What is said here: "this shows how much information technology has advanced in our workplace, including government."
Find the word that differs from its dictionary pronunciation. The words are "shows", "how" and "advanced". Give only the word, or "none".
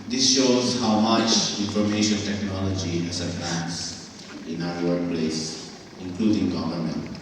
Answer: advanced